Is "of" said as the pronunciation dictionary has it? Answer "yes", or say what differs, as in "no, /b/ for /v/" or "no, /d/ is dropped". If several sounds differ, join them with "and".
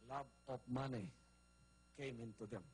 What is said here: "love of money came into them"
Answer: no, /p/ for /v/